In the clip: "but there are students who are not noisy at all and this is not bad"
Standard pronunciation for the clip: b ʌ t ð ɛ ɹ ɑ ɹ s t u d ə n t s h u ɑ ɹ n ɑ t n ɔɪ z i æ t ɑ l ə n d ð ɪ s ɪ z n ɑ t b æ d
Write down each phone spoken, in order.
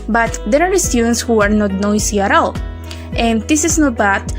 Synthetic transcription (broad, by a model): b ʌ t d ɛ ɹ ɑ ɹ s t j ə n s h u ɑ ɹ n ɑ t n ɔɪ s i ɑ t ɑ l ə n d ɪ s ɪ s n ɑ t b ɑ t